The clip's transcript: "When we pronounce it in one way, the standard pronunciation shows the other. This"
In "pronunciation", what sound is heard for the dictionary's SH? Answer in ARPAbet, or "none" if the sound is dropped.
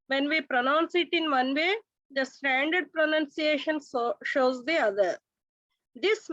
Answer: SH